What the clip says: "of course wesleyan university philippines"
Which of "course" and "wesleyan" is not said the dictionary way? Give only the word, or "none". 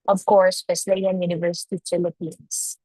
wesleyan